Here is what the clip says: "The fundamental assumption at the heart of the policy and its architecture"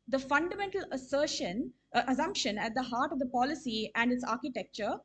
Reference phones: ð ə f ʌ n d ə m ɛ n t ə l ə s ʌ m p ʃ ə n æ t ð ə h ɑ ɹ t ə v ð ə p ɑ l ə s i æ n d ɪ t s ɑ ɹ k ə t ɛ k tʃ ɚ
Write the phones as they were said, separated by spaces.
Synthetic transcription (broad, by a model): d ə f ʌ n d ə m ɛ n t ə l ə s ʌ m p ʃ ə n æ t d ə h ɑ ɹ t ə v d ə p ɑ l ə s i æ n d ɪ t s ɑ ɹ k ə t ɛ k tʃ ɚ